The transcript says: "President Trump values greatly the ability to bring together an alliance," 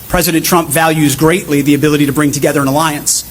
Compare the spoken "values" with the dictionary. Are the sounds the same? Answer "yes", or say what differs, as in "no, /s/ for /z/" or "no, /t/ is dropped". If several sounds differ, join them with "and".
yes